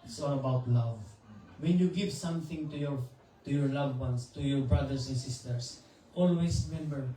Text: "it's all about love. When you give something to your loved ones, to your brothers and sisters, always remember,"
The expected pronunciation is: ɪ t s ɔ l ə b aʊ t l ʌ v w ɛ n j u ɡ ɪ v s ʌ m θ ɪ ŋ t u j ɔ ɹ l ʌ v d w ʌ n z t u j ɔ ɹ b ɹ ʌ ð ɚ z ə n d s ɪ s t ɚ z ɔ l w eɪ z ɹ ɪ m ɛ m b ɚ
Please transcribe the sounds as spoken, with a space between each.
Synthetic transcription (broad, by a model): s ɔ ə b aʊ t l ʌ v w ɛ n j u ɡ ɪ v s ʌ m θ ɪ ŋ t u j ɔ ɹ l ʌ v w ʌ n s t u j ɔ ɹ b ɹ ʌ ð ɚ s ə n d s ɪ s t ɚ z ɔ l w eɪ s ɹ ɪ m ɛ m b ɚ